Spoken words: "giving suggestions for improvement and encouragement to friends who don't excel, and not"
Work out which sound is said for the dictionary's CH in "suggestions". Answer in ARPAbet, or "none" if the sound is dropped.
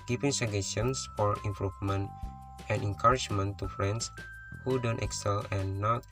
none